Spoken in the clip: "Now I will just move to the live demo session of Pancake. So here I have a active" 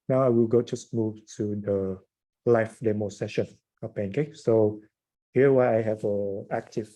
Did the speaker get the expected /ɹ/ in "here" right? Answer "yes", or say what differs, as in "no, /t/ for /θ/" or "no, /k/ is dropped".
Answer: no, /w/ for /ɹ/